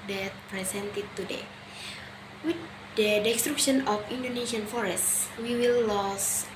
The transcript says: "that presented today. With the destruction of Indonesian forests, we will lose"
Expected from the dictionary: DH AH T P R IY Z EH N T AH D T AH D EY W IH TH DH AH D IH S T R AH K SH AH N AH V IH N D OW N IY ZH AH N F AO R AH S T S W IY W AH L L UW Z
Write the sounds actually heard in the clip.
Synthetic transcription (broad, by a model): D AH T P R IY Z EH N T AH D T AH D EY W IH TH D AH D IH S T R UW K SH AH N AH F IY N D OW N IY S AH N F AO R AH S T S W IY W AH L L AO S